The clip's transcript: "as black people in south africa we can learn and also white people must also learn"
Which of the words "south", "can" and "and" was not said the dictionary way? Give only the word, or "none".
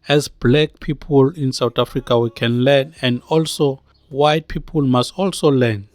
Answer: south